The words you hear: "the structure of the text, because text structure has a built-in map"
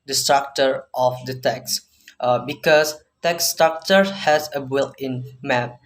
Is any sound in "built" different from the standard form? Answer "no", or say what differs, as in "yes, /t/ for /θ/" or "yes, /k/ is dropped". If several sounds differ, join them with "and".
yes, /t/ is dropped